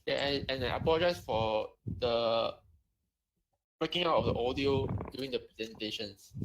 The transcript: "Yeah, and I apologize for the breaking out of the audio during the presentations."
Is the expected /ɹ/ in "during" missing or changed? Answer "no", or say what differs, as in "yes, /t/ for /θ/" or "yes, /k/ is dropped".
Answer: yes, /ɹ/ is dropped